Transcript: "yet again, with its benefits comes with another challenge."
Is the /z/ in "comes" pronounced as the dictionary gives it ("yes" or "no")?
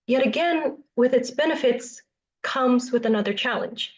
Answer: yes